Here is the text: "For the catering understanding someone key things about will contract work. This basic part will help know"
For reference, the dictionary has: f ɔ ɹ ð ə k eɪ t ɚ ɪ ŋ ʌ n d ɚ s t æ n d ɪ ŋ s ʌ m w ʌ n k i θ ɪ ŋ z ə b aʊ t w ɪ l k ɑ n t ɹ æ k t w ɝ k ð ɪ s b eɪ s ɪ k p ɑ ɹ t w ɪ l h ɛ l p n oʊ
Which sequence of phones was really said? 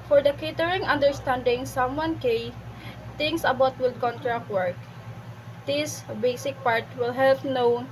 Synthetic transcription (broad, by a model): f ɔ ɹ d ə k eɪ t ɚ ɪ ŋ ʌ n d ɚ s t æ n d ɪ ŋ s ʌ m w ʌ n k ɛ t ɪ ŋ s ə b aʊ t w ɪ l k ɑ n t ɹ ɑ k w ɝ k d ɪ s b eɪ s ɪ k p ɑ ɹ t w ɪ l h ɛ l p n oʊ